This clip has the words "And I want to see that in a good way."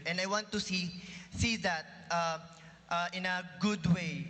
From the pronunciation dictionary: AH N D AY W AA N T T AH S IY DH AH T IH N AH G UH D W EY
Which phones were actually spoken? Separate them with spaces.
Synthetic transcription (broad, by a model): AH N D AY W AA N T S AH S IY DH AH T IH N AH G UH D W EY